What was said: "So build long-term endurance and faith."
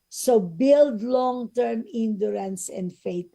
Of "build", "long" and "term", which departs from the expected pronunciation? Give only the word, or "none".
none